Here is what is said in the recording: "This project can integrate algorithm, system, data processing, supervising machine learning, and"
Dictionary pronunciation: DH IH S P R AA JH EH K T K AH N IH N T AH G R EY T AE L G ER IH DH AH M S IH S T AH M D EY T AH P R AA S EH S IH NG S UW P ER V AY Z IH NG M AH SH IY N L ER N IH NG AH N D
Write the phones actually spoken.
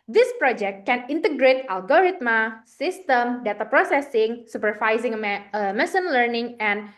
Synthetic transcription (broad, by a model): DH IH S P R AA JH EH K T K AH N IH N T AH G R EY T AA L G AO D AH M S IH S T AH M D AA T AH P R AA S EH S IH NG S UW P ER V AY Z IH NG M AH S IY N L ER N IH NG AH N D